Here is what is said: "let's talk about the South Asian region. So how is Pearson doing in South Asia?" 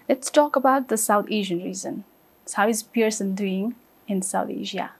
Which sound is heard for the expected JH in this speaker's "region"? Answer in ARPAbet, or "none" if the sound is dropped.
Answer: Z